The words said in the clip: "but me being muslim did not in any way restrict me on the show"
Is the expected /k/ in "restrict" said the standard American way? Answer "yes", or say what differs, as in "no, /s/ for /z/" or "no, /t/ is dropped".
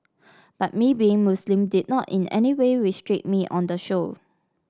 no, /k/ is dropped